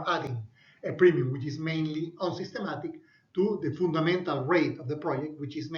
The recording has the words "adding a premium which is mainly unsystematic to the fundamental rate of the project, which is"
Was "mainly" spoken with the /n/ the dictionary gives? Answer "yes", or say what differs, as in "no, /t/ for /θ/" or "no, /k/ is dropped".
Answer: yes